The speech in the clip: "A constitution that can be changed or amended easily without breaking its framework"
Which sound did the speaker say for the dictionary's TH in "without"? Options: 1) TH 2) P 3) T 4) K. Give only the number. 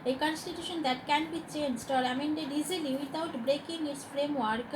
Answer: 3